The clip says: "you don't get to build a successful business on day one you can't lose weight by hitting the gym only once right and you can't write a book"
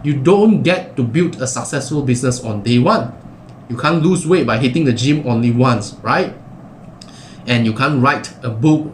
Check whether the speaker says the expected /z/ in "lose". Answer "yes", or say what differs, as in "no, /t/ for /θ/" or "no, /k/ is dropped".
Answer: no, /s/ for /z/